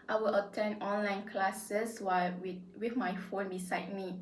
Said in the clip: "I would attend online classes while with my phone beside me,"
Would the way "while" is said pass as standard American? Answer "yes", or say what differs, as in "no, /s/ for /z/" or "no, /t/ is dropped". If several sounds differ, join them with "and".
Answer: no, /w/ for /l/